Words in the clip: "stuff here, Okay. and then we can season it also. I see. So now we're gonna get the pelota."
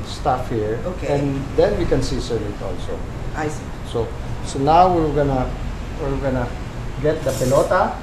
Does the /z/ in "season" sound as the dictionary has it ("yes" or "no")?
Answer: no